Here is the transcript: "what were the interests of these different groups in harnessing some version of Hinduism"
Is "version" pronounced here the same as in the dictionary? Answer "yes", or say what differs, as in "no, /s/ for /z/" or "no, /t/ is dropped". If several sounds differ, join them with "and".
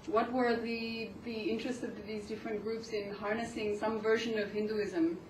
yes